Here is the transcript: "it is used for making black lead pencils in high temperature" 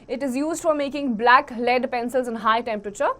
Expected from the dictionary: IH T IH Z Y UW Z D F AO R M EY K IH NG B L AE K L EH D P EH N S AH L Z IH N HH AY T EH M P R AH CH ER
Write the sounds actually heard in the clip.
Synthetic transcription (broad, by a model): IH T IH Z Y UW Z D F AO R M EY K IH NG B L AE K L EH D P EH N S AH L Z IH N HH AY T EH M P R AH CH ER